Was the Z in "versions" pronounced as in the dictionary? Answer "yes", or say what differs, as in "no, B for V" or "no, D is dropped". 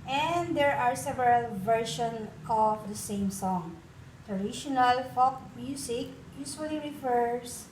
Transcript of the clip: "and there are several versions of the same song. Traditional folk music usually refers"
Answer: no, Z is dropped